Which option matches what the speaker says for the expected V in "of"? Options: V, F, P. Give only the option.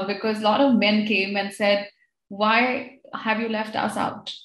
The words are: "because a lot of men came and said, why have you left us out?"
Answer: V